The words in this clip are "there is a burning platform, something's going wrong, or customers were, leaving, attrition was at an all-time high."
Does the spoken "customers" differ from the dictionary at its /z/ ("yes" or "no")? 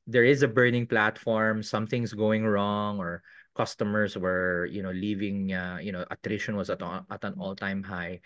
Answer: yes